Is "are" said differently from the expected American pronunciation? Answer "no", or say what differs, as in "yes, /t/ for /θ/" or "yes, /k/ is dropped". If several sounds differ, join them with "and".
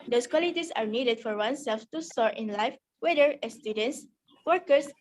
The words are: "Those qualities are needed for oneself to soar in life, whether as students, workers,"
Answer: no